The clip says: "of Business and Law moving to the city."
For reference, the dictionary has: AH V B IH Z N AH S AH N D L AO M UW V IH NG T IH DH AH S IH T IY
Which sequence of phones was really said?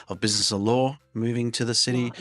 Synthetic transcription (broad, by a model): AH V B IH Z N AH S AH L AO M UW V IH NG T IH DH AH S IH T IY